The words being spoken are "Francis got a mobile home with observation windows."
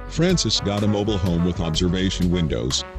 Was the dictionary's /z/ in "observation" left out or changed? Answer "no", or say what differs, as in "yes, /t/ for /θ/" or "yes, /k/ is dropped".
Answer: no